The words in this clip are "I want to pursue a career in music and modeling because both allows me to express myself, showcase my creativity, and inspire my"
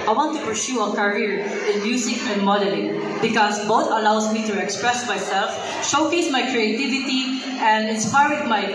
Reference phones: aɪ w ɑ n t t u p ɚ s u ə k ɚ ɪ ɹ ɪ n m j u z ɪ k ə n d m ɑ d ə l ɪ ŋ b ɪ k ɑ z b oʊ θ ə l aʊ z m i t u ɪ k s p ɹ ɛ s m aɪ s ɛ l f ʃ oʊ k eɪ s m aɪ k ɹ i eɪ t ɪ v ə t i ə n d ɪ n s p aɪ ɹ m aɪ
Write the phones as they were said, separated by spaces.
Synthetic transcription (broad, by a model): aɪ w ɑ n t t u p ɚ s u ə k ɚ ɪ ɹ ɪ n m j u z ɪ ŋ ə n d m ɑ d ə l ɪ ŋ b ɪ k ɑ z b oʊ t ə l aʊ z m i t u ɪ k s p ɹ ɛ s m aɪ s ɛ l f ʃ oʊ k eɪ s m aɪ k ɹ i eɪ t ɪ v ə t i ə n d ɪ n s p aɪ ɹ m aɪ